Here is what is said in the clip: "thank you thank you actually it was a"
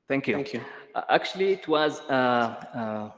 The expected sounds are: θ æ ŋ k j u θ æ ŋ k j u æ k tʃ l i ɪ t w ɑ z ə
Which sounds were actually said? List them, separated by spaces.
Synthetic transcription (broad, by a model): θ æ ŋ k j u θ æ k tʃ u l i ɪ t w ɑ z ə